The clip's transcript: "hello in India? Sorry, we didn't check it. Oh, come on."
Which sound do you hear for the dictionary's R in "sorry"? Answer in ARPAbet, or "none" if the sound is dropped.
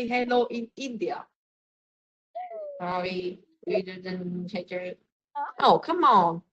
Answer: W